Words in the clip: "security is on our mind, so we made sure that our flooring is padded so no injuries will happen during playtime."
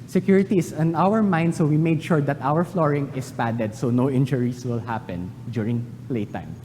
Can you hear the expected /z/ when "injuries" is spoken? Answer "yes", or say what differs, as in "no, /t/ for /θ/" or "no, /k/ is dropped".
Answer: no, /s/ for /z/